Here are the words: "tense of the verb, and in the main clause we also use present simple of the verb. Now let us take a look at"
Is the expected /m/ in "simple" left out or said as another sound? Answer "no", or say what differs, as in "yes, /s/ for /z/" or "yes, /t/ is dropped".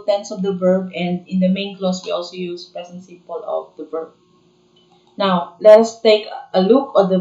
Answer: yes, /m/ is dropped